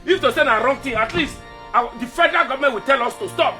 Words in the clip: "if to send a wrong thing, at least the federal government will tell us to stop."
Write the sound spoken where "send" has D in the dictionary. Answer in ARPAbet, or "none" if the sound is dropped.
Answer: none